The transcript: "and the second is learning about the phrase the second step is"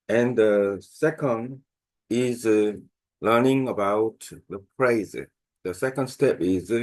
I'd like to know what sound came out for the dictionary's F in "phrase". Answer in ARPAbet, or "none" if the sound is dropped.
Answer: P